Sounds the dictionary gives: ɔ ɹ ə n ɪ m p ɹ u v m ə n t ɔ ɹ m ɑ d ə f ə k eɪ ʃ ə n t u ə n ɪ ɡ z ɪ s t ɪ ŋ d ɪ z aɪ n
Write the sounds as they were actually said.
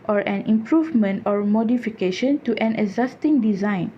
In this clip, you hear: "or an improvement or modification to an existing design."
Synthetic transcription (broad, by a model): ɔ ɹ ə n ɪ m p ɹ u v m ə n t ɔ ɹ m ɑ d ə f ə k eɪ ʃ ə n t u ə n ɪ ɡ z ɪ s t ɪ ŋ d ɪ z aɪ n